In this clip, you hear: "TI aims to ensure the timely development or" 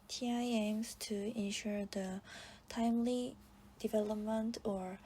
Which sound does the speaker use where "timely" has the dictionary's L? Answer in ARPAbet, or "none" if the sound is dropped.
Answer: L